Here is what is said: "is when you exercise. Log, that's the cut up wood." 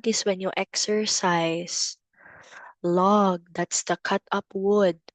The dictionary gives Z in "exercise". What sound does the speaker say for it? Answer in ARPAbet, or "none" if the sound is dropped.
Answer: S